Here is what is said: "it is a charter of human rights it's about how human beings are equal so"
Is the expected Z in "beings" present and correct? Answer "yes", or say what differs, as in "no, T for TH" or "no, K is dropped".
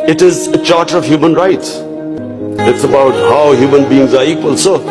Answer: yes